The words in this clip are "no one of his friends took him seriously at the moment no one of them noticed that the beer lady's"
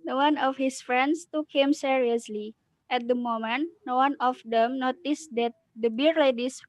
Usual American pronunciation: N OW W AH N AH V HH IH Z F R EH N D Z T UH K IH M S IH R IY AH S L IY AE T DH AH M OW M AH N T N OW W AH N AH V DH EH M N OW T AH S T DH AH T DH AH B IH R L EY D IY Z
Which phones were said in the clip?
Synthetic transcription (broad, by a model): N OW W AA N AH F HH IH S F R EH N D S T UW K IH M S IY R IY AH S L IY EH T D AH M OW M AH N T N OW W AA N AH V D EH M N OW T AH S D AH T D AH B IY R L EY D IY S